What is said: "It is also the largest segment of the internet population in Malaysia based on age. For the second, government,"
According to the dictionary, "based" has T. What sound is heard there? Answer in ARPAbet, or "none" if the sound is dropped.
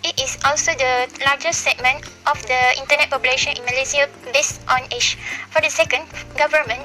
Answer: T